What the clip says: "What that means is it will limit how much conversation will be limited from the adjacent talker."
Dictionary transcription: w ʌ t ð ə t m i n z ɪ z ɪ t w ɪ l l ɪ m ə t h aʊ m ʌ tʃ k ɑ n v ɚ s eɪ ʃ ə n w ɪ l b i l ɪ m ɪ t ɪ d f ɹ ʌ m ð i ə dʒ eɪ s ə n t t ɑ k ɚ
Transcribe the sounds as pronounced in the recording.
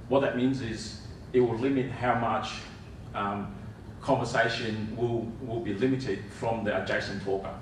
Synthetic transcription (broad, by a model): w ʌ t ð ə t m i n z ɪ z ɪ t w ɪ l l ɪ m ə t h aʊ m ʌ tʃ k ɑ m v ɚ s eɪ ʃ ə n w ɪ l b i l ɪ m ɪ t ɪ d f ɹ ʌ m ð i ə dʒ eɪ s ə n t t ɑ k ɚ